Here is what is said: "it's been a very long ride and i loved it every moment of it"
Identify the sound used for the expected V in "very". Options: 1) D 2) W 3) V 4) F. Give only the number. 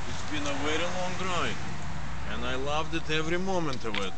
2